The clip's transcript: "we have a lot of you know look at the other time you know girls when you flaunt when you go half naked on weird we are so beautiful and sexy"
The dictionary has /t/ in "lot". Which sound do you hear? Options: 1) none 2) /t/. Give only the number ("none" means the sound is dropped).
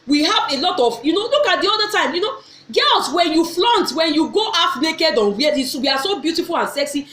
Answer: 2